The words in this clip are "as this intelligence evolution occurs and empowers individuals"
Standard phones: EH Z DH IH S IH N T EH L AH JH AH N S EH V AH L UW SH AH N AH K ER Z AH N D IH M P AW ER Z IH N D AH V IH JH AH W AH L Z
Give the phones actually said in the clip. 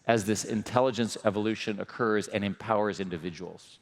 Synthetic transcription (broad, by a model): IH Z DH IH S IH N T EH L AH JH AH N S EH V AH L UW SH AH N AH K ER Z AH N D IH M P AW ER Z IH N D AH V IH JH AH W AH L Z